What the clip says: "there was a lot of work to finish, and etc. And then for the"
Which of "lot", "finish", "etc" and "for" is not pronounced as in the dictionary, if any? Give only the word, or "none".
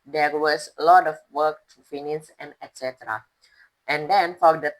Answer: finish